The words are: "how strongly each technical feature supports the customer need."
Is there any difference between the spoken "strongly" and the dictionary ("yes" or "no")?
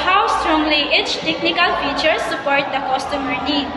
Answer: no